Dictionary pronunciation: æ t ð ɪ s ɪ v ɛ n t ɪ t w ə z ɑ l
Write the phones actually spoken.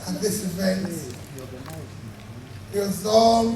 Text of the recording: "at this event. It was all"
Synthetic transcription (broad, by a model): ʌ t ð ɪ s ɪ v ɛ n t ɪ t w ə z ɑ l